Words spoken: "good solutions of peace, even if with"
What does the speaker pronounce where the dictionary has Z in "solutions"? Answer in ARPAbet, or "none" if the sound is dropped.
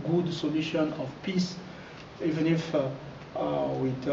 none